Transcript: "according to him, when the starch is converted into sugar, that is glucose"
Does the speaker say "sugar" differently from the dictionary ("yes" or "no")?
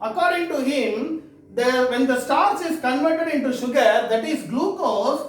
no